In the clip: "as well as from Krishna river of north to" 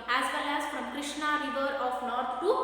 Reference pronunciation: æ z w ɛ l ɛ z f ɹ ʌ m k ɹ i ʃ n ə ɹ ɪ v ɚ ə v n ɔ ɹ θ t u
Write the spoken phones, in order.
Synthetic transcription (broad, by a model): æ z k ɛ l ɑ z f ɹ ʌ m k ɹ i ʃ n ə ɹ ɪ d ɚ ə f n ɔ ɹ t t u